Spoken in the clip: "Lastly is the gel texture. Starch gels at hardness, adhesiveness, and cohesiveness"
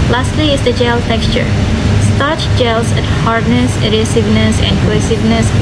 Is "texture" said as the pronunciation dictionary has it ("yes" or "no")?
yes